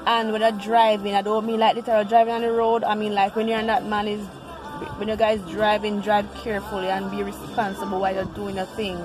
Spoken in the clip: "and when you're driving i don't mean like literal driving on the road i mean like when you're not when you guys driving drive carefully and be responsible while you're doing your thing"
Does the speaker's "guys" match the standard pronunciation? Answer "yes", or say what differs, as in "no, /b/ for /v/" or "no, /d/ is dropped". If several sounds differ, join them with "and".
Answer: yes